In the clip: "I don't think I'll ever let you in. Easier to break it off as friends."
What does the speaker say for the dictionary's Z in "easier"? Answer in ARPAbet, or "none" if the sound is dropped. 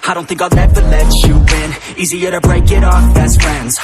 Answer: Z